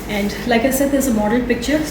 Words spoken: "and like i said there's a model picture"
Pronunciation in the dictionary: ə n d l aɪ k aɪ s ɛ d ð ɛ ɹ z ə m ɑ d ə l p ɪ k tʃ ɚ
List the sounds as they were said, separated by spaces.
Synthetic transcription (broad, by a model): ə n d l aɪ k aɪ s ɛ d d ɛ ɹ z ə m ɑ d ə n p ɪ k tʃ ɚ